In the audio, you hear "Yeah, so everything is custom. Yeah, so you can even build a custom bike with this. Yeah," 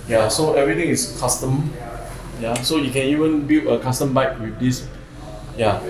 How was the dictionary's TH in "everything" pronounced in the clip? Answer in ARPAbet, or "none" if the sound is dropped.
T